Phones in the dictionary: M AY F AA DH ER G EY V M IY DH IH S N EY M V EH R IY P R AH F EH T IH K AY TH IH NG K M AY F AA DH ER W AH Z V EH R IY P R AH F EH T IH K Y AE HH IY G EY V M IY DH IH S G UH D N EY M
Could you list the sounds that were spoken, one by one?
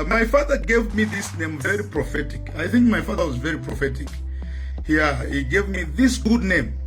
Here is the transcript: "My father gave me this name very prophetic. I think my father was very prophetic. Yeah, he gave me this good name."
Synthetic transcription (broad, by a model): M AY F AA DH ER G EY V M IY DH IH S N EY M V EH R IY P R AH F EH T IH K AY TH IH NG K M AY F AA DH ER W AH Z V EH R IY P R AH F EH T IH K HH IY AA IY G EY V M IY DH IH S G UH D N EY M